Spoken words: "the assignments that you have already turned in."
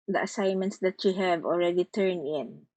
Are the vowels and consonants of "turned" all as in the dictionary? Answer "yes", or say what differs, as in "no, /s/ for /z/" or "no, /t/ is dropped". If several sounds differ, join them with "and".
no, /d/ is dropped